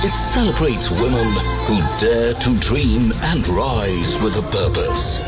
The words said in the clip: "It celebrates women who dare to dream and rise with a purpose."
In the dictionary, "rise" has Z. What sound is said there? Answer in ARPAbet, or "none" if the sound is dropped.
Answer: Z